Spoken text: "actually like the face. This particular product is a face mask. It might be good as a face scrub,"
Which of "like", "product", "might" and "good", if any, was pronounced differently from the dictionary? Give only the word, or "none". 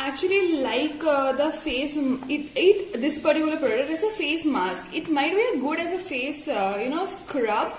product